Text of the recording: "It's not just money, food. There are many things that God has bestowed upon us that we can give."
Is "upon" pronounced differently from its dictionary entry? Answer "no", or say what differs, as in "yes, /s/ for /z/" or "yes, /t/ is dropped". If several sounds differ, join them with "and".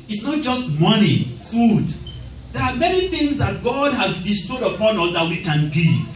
no